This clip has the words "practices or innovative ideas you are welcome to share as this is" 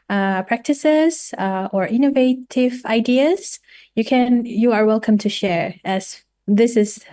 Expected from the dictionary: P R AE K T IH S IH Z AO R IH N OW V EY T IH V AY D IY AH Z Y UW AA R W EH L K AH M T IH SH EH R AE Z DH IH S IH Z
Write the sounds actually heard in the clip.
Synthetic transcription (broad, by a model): P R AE K T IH S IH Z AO R IH N OW V EY T IH V AY D IY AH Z Y UW AA R W EH L K AH M T IH SH EH R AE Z DH IH S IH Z